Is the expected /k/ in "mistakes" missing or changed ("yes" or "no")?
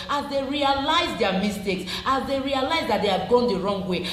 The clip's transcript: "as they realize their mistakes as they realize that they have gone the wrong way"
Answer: no